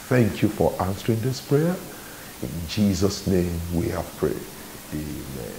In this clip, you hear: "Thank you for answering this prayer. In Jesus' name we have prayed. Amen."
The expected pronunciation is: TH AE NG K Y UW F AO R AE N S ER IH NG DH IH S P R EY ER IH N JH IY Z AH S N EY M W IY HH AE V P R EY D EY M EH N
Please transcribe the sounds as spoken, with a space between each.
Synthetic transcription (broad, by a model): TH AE NG K Y UW F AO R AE N S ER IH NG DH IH S P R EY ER IH N JH IY Z AH S N EY M W IY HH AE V P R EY EY M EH N